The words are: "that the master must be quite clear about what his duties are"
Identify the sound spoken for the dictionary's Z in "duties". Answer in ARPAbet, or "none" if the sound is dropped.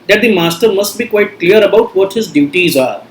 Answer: Z